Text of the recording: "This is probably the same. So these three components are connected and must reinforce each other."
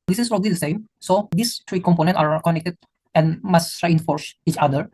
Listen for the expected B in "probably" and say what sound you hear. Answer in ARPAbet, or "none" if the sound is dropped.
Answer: none